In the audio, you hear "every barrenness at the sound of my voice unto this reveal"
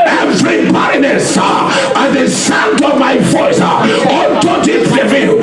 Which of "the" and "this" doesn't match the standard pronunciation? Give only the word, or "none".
this